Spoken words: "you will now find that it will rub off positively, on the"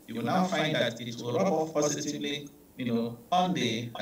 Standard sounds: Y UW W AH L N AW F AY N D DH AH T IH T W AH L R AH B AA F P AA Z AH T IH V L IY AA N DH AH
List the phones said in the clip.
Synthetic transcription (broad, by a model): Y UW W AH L N AW F AY N D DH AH T IH T W AH L R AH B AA P P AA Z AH T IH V L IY AA N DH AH